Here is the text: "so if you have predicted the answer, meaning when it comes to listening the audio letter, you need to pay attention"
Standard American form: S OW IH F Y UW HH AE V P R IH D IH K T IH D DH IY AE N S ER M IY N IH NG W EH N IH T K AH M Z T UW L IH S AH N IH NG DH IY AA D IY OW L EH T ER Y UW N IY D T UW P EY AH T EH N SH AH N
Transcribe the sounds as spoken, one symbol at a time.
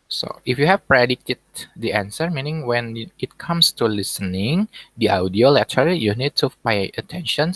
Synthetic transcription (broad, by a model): S OW IH F Y UW HH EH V P R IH D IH T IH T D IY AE N S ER M IY N IH NG W EH N IH T K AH M S T UW L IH S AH N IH NG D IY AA D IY OW L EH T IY Y UW N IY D T UW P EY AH T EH N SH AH N